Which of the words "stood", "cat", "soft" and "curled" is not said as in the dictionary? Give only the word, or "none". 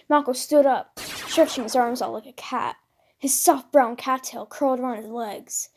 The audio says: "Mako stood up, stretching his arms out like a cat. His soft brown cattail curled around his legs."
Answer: none